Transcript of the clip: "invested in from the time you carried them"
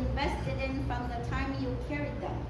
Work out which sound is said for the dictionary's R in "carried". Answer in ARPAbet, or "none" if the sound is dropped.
R